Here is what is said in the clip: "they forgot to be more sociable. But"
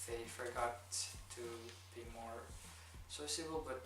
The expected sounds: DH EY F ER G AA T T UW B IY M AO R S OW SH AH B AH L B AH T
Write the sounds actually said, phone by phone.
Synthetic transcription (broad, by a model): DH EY F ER G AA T T UW B IY M AO R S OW S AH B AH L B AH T